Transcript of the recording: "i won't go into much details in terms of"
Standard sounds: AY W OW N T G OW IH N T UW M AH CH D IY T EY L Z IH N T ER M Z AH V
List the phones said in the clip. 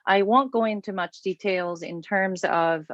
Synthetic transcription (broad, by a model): AY W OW N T G OW IH N T UW M AH CH D IY T EY L Z IH N T ER M Z AH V